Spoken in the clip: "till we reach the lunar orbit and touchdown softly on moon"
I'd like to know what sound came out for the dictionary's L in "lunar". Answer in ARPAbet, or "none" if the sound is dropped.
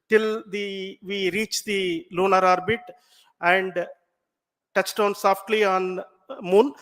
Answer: L